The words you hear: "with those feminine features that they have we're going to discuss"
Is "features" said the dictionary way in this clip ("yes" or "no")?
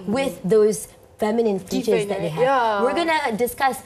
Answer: no